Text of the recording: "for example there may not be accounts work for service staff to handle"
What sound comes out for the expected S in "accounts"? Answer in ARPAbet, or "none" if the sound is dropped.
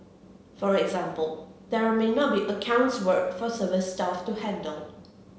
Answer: S